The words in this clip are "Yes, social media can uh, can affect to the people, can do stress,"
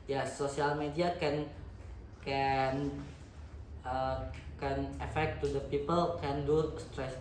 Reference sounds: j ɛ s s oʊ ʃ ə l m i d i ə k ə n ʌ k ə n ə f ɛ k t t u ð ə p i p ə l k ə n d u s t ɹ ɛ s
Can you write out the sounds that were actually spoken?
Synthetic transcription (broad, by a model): j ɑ s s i ə l m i d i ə k ə n ʌ k ə n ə f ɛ k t t u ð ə p i p ə l k ə n d u s t ɹ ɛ s